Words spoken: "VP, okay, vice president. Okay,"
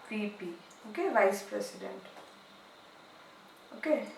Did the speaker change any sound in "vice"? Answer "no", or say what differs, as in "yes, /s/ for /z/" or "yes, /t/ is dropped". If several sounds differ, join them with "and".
no